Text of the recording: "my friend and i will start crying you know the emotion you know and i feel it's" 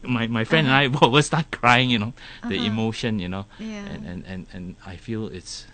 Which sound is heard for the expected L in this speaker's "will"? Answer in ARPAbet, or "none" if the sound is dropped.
W